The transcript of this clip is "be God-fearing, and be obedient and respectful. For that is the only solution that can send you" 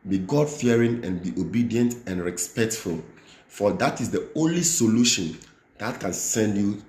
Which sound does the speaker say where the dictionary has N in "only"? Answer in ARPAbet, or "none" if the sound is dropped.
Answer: N